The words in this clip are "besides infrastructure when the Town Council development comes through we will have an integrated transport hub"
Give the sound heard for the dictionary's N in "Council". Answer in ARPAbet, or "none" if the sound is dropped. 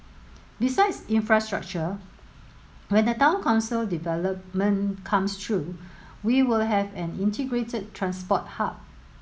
N